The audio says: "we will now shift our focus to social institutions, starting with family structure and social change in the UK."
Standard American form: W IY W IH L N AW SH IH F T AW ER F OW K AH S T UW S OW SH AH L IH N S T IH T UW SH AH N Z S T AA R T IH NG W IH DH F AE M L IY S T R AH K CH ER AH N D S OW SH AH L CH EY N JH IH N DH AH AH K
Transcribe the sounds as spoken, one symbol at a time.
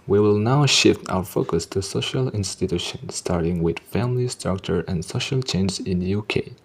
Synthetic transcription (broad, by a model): W IY W IH L N AW SH IH F T AW ER F OW K AH S T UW S OW SH AH L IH N S T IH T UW SH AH N S T AA R T IH NG W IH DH F AE M L IY S T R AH K CH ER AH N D S OW SH AH L CH EY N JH IH N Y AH K